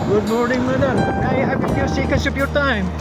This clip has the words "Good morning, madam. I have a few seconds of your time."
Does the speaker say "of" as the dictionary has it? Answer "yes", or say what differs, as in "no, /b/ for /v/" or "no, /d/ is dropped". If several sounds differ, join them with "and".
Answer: no, /p/ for /v/